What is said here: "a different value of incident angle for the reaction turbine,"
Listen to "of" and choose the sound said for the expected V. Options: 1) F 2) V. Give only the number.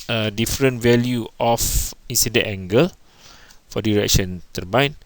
1